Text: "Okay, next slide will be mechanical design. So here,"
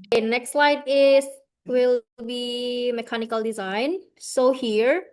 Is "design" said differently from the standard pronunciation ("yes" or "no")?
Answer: no